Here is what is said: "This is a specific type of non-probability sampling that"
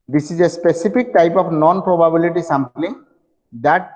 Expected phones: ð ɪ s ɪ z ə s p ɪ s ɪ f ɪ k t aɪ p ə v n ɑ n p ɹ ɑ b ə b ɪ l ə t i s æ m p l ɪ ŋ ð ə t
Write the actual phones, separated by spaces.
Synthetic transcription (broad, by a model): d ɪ s ɪ z ə s p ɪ s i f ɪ k t aɪ p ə p n ɑ n p ɹ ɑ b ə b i l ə t i s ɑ m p l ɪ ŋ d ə t